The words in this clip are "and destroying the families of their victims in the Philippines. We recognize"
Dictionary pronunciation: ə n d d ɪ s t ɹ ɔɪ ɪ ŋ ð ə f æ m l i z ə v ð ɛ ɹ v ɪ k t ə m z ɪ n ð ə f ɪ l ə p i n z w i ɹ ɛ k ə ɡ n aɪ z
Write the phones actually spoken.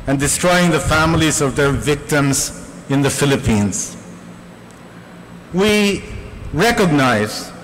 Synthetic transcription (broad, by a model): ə n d d ɪ s t ɹ ɔɪ ɪ ŋ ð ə f æ m l i z ə v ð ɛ ɹ v ɪ k t ə m z ɪ n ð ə f ɪ l ə p i n z w i ɹ ɛ k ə ɡ n aɪ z